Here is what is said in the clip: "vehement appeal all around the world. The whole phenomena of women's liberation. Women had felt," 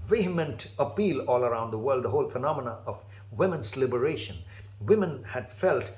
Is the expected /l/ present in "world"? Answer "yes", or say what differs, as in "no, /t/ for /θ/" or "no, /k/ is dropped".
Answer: yes